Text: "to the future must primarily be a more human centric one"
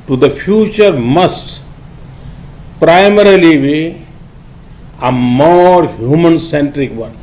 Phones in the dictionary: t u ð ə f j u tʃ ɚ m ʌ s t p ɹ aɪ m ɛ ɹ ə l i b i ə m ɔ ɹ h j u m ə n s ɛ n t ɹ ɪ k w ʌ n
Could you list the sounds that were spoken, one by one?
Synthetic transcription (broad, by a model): t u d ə f j u tʃ ɚ m ʌ s t p ɹ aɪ m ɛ ɹ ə l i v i ə m ɔ ɹ h j u m ə n s ɛ n t ɹ ɪ k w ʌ n